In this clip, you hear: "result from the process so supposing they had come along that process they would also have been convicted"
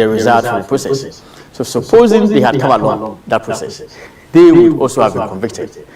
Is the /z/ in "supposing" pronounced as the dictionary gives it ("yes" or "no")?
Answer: yes